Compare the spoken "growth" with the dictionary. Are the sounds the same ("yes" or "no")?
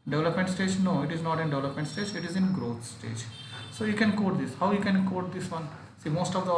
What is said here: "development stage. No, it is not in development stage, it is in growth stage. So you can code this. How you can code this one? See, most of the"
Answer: no